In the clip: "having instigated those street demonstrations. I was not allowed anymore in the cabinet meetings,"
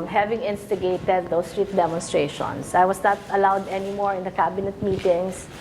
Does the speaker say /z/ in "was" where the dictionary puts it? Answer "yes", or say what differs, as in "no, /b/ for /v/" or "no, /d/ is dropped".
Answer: no, /s/ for /z/